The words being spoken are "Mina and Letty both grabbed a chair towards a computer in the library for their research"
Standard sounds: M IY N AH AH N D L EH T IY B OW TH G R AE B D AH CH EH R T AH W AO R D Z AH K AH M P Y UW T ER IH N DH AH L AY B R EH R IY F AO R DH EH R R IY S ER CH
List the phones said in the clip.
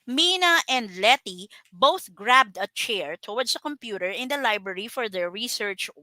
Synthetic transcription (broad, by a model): M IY N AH AH N D L EH T IY B OW TH G R AE B D AH CH EH R T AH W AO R D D AH K AH M P Y UW T ER IH N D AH L AY B R EH R IY F AO R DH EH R R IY S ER CH